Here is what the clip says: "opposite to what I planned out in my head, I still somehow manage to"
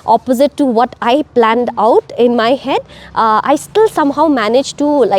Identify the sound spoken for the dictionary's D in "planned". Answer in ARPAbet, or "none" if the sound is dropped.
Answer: D